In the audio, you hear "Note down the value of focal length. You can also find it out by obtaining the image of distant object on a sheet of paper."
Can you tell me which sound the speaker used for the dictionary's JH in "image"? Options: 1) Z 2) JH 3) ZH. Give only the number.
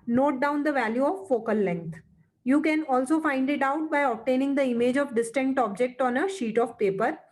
2